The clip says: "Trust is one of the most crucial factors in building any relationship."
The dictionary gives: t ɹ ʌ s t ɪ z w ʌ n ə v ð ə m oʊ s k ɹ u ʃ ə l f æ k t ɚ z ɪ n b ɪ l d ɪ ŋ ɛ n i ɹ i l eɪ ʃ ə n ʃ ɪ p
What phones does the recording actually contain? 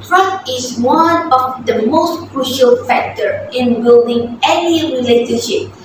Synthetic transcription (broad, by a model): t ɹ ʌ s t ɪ s w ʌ n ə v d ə m oʊ s k ɹ u ʃ ə l f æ k t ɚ ɪ n b ɪ l d ɪ ŋ ɛ n i ɹ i l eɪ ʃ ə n ʃ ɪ p